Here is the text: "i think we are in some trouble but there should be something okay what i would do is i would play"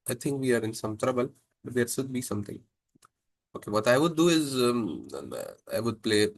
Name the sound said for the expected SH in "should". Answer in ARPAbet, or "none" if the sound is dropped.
S